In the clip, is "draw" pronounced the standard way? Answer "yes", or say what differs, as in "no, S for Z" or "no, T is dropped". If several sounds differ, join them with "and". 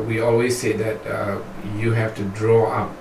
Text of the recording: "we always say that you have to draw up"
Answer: yes